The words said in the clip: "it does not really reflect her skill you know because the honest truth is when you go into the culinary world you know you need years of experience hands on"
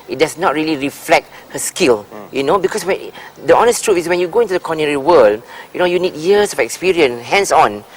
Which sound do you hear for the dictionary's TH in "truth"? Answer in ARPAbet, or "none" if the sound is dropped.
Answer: F